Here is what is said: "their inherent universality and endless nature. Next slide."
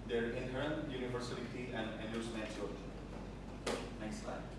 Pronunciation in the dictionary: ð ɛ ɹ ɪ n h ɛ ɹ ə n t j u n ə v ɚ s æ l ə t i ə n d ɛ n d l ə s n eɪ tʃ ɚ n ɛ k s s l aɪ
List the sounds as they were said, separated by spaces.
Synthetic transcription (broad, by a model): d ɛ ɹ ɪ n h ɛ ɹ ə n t j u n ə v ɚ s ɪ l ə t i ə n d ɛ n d ə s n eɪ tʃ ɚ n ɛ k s s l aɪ